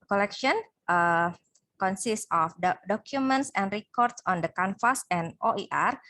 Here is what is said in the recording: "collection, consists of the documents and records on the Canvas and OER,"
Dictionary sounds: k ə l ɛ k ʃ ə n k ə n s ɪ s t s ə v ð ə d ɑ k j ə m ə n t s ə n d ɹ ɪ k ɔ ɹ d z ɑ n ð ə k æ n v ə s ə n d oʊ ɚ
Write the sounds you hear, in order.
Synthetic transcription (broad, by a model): k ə l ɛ k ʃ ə n k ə n s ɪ s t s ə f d d ɑ k j ə m ə n t s ə n d ɹ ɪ k ɔ ɹ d s ɑ n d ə k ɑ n f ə s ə n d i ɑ